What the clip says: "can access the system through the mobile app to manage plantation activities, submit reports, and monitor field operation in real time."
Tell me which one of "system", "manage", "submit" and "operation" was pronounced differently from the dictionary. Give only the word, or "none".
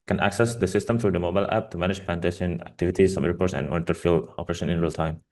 submit